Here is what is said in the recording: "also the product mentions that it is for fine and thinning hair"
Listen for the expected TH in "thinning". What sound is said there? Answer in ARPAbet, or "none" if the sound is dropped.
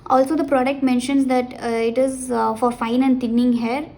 T